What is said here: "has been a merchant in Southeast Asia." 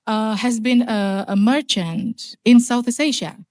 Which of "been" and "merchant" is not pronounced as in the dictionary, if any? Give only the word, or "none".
none